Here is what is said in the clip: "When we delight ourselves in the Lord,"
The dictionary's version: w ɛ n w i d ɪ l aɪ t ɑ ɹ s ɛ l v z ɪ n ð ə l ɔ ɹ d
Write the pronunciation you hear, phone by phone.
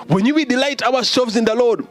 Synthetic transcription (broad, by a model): w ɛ n w i d ɪ l aɪ t ɑ w s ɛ l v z ɪ n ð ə l ɔ d